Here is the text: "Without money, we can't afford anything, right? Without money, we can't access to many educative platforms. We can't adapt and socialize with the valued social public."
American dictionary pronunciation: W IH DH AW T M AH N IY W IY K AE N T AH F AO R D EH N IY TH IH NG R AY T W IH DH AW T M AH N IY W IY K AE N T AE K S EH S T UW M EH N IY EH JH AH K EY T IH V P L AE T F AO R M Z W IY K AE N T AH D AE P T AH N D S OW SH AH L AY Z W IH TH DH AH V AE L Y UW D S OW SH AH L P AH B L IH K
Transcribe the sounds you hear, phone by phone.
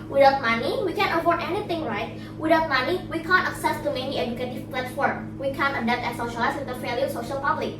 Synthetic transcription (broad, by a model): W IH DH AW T M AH N IY W IY K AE N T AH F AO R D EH N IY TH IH NG R AY T W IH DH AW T M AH N IY W IY K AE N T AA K S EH S T UW M EH N IY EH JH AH K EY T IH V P L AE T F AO R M W IY K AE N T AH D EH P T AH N S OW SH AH L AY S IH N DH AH F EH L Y S OW SH AH L P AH B L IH K